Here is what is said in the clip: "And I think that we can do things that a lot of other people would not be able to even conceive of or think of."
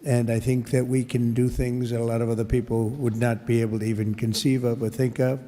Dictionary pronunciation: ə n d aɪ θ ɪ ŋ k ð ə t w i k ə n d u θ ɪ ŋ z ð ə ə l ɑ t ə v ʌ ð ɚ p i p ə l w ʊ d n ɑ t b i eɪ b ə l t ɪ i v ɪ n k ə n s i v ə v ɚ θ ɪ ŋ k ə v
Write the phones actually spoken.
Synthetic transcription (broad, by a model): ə n aɪ θ ɪ ŋ k ð ə t w i k ə n d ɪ θ ɪ ŋ z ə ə l ɑ t ə v ʌ ð ɚ p i p l w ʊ d n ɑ t b i eɪ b l t ɪ i v ɪ n k ə n s i v ə v ɚ θ ɪ ŋ k ə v